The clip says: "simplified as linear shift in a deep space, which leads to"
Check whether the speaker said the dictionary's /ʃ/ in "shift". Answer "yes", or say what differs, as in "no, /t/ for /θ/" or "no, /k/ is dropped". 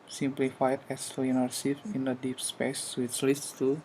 no, /s/ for /ʃ/